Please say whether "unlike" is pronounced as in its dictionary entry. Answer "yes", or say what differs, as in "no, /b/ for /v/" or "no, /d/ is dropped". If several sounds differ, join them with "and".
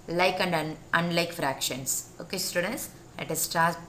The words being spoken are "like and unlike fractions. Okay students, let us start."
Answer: yes